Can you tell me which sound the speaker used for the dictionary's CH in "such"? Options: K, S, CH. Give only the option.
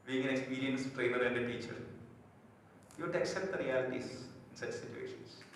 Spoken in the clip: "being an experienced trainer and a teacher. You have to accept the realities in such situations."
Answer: CH